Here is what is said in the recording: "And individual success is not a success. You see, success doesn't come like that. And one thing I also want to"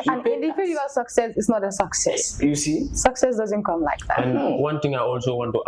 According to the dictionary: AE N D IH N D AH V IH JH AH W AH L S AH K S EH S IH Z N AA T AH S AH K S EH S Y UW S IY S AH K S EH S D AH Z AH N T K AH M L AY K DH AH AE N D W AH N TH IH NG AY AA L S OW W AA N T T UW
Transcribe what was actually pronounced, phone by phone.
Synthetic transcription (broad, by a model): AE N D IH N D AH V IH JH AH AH S AH K S EH S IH S N AA T AH S AH K S EH S Y UW S IY S AH K S EH S D AH Z AH N T K AH M L AY K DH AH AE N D W AH N T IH NG AY AA L S OW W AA N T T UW